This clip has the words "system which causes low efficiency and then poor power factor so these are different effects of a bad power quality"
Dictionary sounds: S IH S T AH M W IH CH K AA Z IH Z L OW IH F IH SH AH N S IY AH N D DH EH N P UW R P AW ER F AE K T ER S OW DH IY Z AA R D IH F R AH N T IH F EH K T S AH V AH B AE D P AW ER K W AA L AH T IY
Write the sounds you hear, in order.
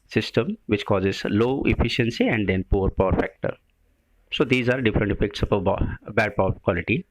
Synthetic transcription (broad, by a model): S IH S T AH M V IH CH K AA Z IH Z L OW IH F IH SH AH N S IY AH N D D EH N P UW R P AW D F AE K T ER S OW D IY Z AA R D IH F R AH N T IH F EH K T S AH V AH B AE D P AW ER K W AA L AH T IY